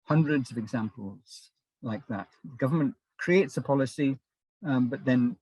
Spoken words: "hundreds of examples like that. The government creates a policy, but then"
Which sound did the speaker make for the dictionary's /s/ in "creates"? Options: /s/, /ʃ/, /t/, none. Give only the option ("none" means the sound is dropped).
/s/